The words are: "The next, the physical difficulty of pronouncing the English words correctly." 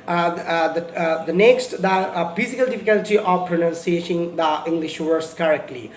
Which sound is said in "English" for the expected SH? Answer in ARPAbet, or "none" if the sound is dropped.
SH